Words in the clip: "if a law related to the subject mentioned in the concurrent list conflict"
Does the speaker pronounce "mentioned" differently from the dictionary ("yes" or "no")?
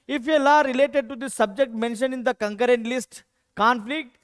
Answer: yes